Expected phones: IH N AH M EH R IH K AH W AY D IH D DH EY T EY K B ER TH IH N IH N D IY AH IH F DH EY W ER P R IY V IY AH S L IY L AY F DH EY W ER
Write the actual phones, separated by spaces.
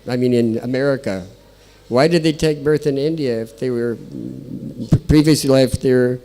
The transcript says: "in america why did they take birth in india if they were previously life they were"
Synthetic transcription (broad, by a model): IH N AH M EH R IH K AH W AY D IH D DH EY T EY K B ER TH IH N IH N D IY AH IH F DH EY W ER P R IY V IY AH S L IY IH F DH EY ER